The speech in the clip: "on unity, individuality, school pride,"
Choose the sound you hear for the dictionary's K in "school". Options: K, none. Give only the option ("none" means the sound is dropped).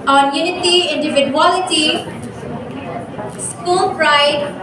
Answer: K